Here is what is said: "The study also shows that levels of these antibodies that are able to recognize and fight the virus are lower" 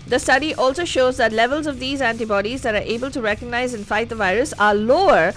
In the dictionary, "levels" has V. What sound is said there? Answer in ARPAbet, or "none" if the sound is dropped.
V